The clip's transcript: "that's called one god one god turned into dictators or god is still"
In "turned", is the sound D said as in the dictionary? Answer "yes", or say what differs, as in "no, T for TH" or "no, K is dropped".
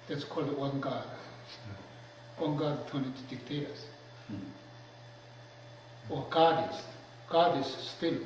no, D is dropped